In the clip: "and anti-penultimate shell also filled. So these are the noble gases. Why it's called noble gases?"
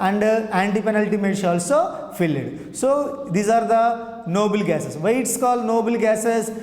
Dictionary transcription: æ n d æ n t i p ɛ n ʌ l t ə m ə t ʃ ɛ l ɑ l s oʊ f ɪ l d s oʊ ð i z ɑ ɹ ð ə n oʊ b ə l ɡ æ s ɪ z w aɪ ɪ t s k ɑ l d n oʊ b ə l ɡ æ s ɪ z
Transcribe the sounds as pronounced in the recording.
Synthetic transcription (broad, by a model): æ n d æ n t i p ɛ n ʌ l t ə m ə t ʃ ɑ l s oʊ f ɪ l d s oʊ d i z ɑ ɹ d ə n oʊ b ə l ɡ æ s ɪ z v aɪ ɪ t s k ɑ l n oʊ b ə l ɡ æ s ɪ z